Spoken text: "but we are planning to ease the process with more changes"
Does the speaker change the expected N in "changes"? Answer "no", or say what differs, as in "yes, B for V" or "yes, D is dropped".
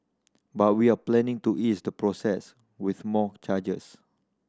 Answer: yes, N is dropped